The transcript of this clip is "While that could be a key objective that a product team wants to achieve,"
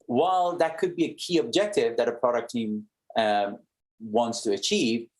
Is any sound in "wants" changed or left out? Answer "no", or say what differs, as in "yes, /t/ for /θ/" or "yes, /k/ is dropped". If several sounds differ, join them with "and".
no